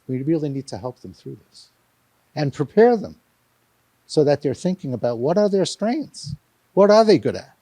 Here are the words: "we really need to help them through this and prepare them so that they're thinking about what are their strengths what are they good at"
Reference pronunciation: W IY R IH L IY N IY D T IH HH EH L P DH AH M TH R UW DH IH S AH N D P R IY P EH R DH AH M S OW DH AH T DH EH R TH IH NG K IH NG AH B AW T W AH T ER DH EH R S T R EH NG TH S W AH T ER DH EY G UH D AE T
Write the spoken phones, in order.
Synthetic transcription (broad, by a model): W IY R IH L IY N IY D T IH HH EH L P DH AH M TH R UW DH IH S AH N P R IY P EH R DH AH M S OW DH AH T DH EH R TH IH NG K IH NG AH B AW T W AH T ER DH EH R S T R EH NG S W AH T ER DH EY G UH D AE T